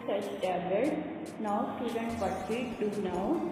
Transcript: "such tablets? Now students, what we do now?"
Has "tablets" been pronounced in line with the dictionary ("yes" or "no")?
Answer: no